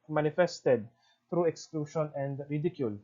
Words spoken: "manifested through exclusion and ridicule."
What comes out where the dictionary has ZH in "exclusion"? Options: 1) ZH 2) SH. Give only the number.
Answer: 2